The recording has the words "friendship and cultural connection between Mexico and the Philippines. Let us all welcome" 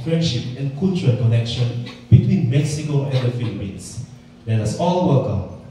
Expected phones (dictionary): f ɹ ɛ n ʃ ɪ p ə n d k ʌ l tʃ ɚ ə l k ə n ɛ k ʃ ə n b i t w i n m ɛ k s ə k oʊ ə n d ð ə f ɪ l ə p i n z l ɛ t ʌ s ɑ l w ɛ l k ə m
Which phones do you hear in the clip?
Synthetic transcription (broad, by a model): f ɹ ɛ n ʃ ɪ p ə n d k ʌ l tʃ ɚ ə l k ə n ɛ k ʃ ə n b i t w i n m ɛ k s ə k oʊ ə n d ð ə f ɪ l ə p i n s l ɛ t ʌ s ɑ l w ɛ l k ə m